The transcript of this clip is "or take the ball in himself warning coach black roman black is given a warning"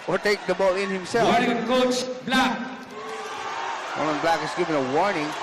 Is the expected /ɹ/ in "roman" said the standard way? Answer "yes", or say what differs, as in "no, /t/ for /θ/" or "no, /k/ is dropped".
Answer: no, /w/ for /ɹ/